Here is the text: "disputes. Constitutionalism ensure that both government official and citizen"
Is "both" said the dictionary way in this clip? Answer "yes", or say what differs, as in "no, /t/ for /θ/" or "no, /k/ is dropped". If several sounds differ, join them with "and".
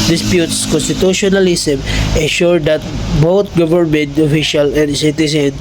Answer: no, /t/ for /θ/